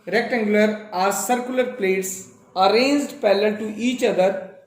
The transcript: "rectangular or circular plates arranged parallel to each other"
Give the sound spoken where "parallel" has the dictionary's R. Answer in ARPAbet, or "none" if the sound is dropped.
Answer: L